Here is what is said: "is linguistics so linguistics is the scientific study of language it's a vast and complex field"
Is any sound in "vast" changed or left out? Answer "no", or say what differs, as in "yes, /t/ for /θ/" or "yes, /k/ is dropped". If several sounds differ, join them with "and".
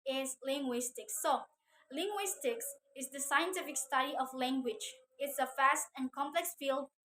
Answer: yes, /f/ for /v/